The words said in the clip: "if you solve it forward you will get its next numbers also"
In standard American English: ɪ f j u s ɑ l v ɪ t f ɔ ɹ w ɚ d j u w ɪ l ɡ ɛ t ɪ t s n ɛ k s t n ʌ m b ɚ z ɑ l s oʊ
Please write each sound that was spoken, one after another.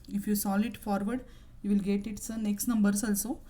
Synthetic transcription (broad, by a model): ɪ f j u s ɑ l ɪ t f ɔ ɹ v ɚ d j u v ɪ l ɡ ɛ t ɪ t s n ɛ k s t n ʌ m b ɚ s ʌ l s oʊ